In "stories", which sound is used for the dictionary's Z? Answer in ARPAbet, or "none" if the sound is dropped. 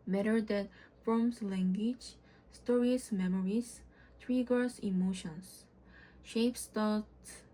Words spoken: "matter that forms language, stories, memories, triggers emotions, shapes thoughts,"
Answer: S